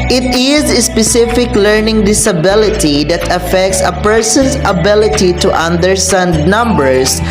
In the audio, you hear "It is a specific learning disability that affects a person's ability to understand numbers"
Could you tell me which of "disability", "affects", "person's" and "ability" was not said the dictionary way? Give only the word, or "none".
person's